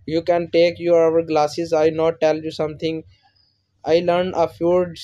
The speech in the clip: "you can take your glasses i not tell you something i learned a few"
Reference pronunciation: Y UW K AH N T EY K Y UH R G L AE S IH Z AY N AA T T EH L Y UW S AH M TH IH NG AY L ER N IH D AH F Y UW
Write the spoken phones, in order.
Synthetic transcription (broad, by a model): Y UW K AH N T EY K Y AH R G L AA S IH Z AY N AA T T EH L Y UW S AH M T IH NG AY L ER N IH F AH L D